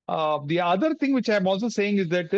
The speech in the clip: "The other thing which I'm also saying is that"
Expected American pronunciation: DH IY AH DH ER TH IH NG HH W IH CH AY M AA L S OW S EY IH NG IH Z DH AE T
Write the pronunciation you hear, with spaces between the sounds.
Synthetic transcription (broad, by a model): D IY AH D ER T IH NG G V IH CH AY M AA L S OW S EY IH NG IH Z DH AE T